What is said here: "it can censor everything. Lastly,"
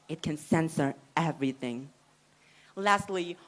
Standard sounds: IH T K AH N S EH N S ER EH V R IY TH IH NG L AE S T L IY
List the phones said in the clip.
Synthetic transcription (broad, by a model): IH T K AH N S EH N S ER EH V R IY TH IH NG L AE S T L IY